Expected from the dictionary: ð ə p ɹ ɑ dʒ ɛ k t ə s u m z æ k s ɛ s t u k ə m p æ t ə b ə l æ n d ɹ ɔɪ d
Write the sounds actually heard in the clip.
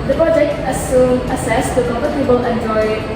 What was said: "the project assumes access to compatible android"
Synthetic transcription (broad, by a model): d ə p ɹ ɑ dʒ ɛ k t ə s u m ʌ s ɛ s t u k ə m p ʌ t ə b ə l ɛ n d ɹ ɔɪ